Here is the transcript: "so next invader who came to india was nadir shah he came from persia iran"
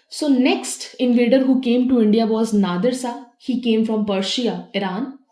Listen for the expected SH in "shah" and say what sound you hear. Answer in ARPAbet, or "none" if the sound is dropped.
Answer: S